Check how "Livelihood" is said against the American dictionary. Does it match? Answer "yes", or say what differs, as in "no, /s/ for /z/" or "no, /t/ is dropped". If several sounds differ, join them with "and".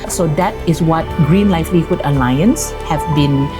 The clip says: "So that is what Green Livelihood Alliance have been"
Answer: no, /f/ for /v/